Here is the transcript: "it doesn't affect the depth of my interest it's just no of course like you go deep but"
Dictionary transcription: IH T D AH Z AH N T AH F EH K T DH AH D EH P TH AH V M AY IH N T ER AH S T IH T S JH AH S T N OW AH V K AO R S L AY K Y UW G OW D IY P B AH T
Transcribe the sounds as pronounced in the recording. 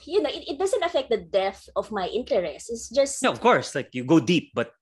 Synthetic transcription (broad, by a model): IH T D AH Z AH N T AH F EH K T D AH D EH TH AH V M AY IH N T ER AH S T IH T S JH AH S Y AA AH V K AO R S L AY K Y UW G OW D IY P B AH T